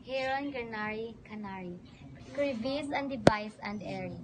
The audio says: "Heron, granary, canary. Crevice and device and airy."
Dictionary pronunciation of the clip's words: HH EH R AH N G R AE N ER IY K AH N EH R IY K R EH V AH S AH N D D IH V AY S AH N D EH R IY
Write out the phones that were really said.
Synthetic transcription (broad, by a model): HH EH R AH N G AH N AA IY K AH N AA R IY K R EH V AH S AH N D D IH V AY S AH N D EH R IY